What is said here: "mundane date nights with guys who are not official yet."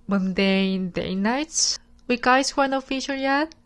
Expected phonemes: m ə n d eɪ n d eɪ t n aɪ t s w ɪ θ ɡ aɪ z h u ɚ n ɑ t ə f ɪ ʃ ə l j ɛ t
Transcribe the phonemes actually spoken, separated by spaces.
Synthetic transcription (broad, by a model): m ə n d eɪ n d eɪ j n aɪ t s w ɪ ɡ aɪ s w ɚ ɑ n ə f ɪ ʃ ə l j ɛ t